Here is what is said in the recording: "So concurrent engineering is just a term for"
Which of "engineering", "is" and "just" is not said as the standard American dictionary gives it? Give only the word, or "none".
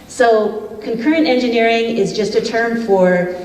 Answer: none